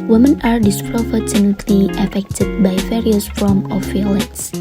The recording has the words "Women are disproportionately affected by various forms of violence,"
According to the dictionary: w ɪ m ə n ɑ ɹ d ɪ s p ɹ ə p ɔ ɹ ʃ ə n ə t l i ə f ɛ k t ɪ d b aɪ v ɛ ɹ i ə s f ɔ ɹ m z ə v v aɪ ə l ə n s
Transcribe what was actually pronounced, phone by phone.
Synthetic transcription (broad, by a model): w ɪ m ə n ɑ ɹ d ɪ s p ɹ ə f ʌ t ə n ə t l i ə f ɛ k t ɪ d b aɪ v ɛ ɹ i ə s f ɔ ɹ m ə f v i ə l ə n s